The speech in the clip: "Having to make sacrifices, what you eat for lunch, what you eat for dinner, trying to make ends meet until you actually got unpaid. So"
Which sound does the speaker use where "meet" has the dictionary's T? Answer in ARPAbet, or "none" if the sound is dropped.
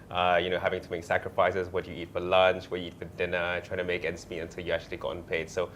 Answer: none